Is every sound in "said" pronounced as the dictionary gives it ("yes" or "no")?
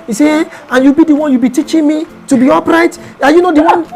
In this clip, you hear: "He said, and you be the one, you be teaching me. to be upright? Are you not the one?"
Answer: no